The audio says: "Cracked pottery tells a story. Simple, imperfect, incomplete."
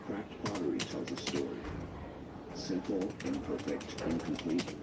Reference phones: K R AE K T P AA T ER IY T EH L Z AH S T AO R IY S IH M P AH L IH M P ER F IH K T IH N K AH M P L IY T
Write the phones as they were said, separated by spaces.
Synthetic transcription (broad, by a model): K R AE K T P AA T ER IY T EH L Z AH S T AO R IY S IH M P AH L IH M P ER F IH K T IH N K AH M P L IY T